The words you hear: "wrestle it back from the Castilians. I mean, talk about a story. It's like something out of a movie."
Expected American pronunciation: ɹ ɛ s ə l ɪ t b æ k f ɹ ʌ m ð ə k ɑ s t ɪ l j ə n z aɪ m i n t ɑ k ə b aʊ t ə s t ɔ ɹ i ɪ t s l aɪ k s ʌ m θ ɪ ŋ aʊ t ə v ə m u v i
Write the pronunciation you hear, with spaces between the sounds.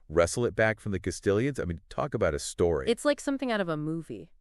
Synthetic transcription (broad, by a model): ɹ ɛ s l ɪ t b æ k f ɹ ʌ m ð ə k ɑ s t ɪ l j ə n z aɪ m i n t ɑ k ə b aʊ t ə s t ɔ ɹ i ɪ t s l aɪ k s ʌ m θ ɪ ŋ aʊ t ə v ə m u v i